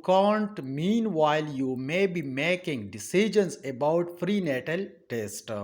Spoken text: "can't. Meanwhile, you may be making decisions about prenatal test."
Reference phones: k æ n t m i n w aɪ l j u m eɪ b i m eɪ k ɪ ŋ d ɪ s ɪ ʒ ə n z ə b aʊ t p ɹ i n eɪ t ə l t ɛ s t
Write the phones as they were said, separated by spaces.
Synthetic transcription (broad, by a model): k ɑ n t m i n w aɪ l j u m eɪ b i m eɪ k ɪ ŋ d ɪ s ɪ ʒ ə n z ə b aʊ t f ɹ i n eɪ t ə l t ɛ s t